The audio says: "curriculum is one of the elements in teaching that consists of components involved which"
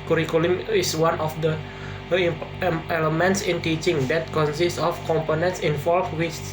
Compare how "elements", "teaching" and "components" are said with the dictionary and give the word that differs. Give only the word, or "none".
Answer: none